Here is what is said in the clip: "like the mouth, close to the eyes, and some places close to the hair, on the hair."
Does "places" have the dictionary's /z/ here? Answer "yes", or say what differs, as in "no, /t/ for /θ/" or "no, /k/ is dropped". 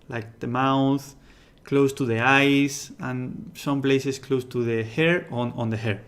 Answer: no, /s/ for /z/